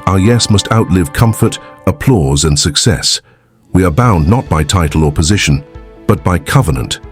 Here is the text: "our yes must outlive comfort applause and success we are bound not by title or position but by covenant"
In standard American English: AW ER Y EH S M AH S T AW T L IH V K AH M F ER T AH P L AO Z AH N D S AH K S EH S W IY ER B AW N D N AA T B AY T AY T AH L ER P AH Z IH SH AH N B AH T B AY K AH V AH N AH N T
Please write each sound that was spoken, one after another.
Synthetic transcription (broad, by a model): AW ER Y EH S M AH S T AW T L IH V K AH M F ER T AH P L AO Z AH N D S AH K S EH S W IY ER B AW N N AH T B AY T AY T L ER P AH Z IH SH AH N B AH T B AY K AH V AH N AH N T